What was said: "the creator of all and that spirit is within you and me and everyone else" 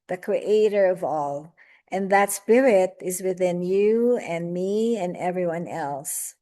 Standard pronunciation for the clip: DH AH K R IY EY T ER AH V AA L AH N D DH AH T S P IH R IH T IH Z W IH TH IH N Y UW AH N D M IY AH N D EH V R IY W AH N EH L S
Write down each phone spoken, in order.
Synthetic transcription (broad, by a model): DH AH K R IY EY T ER AH V AA L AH N DH AH T S P IH R IH T IH Z W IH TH IH N Y UW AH N M IY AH N EH V R IY W AH N EH L S